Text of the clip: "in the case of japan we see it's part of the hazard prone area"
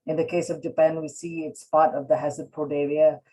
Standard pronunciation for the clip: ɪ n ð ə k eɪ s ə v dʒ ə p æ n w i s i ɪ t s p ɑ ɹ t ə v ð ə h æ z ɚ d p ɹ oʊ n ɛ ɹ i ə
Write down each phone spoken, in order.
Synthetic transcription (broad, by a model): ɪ n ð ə k eɪ s ə v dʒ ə p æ n w i s i ɪ t s p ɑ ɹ t ə v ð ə h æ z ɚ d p oʊ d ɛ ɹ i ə